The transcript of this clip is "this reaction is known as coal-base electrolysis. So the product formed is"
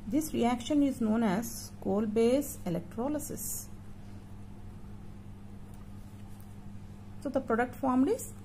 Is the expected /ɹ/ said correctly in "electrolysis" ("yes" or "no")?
yes